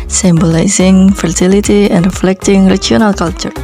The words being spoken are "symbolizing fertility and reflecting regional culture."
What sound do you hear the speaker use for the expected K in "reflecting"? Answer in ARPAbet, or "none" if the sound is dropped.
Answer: K